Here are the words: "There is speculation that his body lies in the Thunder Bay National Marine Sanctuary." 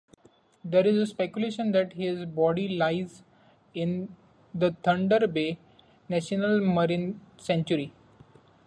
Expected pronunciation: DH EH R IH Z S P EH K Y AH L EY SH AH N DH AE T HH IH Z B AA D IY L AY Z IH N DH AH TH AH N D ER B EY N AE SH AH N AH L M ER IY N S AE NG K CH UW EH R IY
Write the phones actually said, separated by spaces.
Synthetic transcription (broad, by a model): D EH R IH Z S P EH K Y AH L EY SH AH N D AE T HH IH Z B AA D IY L AY Z IH N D AH T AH N D ER B EY N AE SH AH N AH L M ER IY N S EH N CH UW R IY